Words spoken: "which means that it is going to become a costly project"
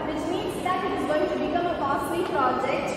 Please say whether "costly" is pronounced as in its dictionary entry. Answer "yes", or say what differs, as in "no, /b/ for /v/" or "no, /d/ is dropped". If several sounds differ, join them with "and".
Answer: no, /l/ is dropped